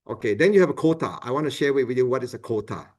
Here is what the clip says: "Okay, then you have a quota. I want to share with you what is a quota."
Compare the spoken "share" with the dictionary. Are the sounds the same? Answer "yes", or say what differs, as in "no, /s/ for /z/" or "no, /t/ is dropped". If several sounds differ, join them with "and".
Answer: no, /w/ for /ɹ/